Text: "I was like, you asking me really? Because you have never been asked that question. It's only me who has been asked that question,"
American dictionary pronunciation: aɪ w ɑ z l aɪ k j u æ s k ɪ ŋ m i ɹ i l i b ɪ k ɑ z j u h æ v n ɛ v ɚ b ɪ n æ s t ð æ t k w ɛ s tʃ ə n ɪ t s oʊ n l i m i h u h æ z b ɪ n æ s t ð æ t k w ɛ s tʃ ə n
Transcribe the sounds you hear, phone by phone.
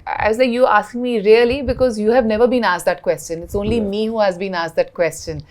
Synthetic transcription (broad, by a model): aɪ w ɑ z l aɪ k j u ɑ s k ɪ ŋ m i ɹ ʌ l i b ɪ k ɑ z j u h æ v n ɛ v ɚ b ɪ n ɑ s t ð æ t k w ɛ s tʃ ə n ɪ t s oʊ n l i m i h u h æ z b ɪ n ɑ s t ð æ t k w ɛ s tʃ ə n